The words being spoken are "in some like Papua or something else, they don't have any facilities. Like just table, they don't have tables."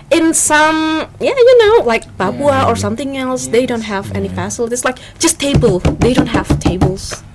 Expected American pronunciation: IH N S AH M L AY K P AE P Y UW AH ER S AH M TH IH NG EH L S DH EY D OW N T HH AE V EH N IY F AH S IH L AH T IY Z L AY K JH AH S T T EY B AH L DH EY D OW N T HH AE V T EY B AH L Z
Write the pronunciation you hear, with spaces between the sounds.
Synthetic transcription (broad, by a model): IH N S AH M L AY K B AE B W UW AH ER S AH M TH IH NG EH L S DH EY D OW N T HH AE V EH N IY F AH S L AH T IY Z L AY K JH AH S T T EY B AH L DH EY D OW N T HH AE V T EY B L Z